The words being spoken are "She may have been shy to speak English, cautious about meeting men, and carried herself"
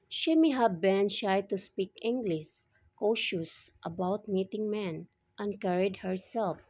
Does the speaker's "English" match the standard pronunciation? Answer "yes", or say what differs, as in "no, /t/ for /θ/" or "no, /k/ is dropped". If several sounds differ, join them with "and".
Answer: no, /s/ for /ʃ/